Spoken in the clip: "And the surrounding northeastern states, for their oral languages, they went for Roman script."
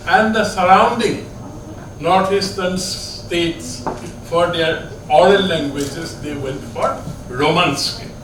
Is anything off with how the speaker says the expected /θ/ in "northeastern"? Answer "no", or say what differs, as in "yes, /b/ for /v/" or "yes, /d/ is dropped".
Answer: yes, /t/ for /θ/